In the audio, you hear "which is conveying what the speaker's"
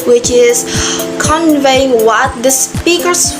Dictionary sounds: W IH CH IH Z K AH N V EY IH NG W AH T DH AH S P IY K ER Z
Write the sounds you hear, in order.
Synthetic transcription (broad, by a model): W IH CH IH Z K AH N V EY IH NG W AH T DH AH S P IY K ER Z